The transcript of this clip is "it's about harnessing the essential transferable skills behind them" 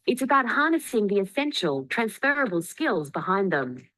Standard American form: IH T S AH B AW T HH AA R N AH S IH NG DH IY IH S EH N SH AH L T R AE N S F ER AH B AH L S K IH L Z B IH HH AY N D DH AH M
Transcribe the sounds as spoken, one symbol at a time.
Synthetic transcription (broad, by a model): IH T S AH B AW T HH AA R N AH S IH NG DH IY IH S EH N SH AH L T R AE N S F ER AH B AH L S K IH L Z B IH HH AY N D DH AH M